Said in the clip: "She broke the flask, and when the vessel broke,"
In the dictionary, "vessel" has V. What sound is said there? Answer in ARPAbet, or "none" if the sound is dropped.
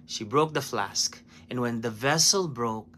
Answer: V